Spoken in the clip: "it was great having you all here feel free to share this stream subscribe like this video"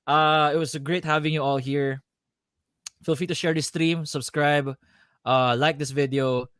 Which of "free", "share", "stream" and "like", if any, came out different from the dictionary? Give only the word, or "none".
free